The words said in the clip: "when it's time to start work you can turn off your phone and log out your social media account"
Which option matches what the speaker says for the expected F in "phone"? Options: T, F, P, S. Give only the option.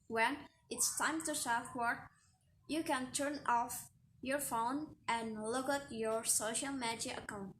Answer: F